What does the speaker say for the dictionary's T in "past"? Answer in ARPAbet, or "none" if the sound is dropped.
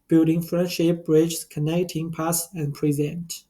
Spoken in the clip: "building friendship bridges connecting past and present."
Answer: none